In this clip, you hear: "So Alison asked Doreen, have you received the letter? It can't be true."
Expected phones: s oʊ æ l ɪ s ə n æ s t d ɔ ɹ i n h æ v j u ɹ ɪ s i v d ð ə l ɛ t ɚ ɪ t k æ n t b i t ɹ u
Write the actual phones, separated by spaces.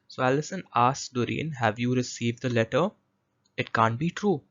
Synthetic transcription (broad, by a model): s oʊ æ l ɪ s ə n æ s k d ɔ ɹ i n h æ v j u ɹ ɪ s i v d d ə l ɛ t ɚ ɪ t k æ n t b i t ɹ u